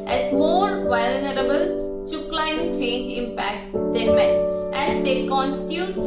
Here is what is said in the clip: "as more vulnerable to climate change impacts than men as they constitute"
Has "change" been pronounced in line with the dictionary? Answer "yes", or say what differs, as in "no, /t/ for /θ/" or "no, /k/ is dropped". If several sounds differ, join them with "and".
yes